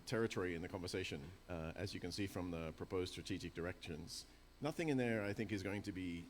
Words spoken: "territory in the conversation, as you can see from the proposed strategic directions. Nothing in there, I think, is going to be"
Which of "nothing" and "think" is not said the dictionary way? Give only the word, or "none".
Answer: none